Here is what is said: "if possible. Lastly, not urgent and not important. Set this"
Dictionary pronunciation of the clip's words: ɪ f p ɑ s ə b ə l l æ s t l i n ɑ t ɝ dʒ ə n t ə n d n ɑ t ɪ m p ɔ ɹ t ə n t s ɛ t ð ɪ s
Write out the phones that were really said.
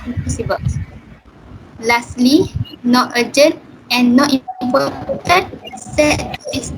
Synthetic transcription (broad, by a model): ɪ p ɑ s ə b ə l l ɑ s t l i n ɑ t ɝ dʒ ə n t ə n n ɑ t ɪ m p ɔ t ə t s ɛ t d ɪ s